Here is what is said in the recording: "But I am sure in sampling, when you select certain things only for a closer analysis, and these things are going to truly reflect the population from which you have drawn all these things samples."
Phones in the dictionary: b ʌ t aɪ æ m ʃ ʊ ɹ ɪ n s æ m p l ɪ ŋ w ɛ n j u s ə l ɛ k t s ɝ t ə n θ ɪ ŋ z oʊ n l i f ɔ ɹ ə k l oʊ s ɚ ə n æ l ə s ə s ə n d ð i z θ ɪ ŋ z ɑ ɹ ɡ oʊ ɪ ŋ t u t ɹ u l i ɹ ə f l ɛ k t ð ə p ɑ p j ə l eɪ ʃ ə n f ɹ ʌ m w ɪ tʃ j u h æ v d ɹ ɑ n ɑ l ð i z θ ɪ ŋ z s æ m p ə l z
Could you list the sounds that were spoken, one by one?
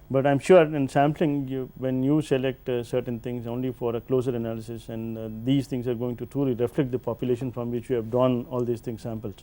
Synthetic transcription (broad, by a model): b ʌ t aɪ m ʃ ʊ ɹ ɪ n s æ m p l ɪ ŋ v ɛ n j u s ə l ɛ k t s ɝ t ə n t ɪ ŋ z oʊ n l i f ɔ ɹ ə k l oʊ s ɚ ə n æ l ə s ə s ə n d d i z t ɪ ŋ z ɑ ɹ ɡ oʊ ɪ ŋ t u t ɹ u l i ɹ ə f l ɛ k t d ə p ɑ p j ə l eɪ ʃ ə n f ɹ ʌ m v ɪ tʃ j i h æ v d ɑ n ɑ l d i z t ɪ ŋ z s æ m p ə l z